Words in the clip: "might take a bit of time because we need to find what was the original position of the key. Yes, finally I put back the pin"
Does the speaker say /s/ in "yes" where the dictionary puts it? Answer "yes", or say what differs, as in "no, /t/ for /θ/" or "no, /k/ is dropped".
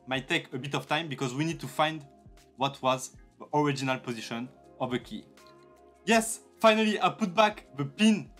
yes